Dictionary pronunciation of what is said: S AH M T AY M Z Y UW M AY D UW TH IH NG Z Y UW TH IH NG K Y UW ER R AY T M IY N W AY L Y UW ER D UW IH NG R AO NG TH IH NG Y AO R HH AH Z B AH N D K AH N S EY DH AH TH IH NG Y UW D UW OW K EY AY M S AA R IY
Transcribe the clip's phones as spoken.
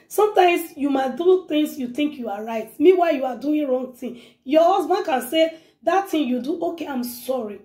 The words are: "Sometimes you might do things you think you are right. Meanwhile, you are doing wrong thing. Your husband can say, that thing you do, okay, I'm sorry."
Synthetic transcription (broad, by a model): S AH M T AY M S Y UW M AY D UW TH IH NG S Y UW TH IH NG K Y UW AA R AY T M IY W AY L Y UW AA D UW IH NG R AO NG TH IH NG Y AO HH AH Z B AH N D K AH N S EY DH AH T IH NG Y UW D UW OW K EY AY M S AA R IY